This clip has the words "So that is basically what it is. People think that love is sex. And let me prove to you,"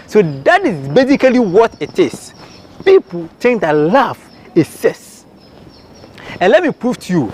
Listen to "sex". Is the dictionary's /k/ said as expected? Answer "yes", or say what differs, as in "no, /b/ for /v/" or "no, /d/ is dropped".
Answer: no, /k/ is dropped